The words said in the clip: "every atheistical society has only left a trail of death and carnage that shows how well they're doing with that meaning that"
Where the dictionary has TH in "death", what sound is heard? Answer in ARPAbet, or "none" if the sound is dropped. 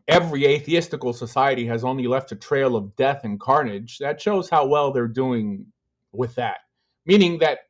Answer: TH